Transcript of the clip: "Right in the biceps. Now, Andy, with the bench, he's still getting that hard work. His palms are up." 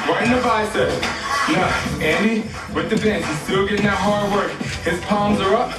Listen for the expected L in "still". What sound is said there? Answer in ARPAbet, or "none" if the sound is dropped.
L